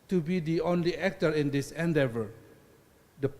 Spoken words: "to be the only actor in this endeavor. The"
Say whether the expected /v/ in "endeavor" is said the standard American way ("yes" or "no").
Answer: yes